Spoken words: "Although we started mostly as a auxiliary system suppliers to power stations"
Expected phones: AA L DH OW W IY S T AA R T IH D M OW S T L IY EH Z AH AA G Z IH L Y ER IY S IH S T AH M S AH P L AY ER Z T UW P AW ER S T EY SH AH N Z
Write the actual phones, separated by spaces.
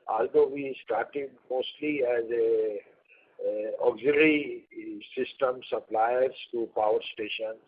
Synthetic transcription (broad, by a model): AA L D OW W IY S T AA R T IH D M OW S T L IY EH Z AH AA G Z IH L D IY S IH S T AH M S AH P L AY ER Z T UW P AW ER S T EY SH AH N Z